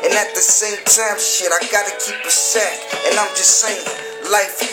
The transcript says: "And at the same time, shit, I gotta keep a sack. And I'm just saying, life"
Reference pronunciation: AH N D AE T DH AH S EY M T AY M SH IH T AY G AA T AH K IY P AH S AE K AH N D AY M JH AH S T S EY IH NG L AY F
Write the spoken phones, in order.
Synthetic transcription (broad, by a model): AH N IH T DH AH S EY M T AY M SH IH T AY G AA T AH K IY P AH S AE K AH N AY M JH AH S T S EY IH NG L AY F